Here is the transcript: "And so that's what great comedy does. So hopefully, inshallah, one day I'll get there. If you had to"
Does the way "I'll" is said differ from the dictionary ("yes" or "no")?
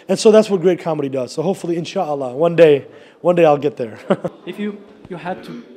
no